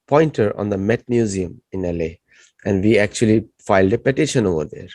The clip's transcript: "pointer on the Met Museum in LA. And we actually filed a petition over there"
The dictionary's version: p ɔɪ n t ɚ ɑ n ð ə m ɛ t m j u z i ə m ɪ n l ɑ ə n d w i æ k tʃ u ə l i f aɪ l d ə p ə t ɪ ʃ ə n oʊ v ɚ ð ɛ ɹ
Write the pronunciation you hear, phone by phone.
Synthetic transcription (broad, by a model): p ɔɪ n t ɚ ɑ n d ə m ɛ t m j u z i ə m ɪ n l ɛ ə n d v i æ k tʃ u ə l i f aɪ l d ə p ə t ɪ ʃ ə n oʊ v ɚ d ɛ ɹ